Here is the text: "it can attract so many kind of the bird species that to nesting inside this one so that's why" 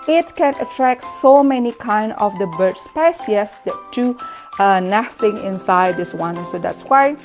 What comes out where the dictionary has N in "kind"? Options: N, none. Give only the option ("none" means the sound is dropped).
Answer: N